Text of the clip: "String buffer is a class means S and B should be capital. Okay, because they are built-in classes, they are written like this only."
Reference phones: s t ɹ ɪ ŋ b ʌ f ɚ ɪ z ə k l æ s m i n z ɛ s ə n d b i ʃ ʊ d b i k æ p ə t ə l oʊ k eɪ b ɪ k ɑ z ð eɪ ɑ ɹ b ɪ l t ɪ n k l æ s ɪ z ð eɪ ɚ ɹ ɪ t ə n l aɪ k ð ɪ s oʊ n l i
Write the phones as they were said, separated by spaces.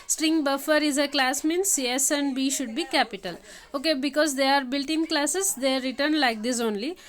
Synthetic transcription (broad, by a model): s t ɹ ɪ ŋ b ʌ f ɚ ɪ z ə k l æ s m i n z ɛ s ə n d b i ʃ ʊ d b i k æ p ə t ə l oʊ k eɪ b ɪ k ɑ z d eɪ ɑ ɹ b ɪ l t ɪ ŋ k l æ s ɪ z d eɪ ɹ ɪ t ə n l aɪ k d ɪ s oʊ n l i